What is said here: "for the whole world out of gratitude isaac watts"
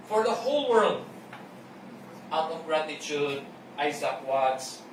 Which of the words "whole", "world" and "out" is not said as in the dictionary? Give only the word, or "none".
none